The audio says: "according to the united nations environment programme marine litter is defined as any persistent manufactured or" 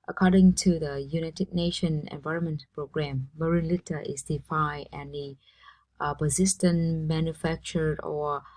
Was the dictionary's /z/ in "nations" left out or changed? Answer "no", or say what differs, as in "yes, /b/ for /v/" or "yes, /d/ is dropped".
yes, /z/ is dropped